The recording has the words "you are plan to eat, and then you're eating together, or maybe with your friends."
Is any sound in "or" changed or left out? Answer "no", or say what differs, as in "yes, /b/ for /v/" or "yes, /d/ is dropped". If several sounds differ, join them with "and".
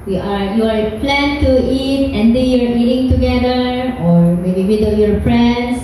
no